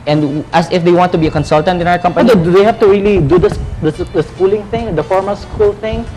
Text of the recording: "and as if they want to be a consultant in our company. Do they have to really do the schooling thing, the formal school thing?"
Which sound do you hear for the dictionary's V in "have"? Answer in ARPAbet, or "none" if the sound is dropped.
F